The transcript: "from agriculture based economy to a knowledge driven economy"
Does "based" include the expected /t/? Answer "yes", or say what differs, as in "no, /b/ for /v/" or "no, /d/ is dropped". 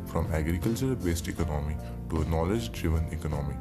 yes